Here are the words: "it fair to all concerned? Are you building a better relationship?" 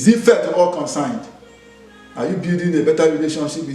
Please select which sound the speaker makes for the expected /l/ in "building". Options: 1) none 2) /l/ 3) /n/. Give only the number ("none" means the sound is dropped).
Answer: 1